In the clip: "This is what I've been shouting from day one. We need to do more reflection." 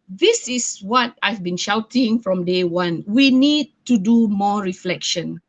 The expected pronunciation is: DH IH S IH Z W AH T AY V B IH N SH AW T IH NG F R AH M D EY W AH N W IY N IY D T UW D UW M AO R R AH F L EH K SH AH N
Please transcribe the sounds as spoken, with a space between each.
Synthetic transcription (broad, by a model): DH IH S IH S W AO T AY V B IH N SH AW T IH NG F R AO M D EY W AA N W IY N IY D T UW D UW M AO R R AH F L EH K SH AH N